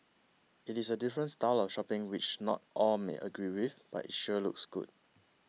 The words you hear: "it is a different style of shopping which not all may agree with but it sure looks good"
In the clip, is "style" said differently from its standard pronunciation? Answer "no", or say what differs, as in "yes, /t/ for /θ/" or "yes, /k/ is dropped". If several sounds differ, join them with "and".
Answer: no